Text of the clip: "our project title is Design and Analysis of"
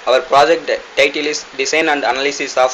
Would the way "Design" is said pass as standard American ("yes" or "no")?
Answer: no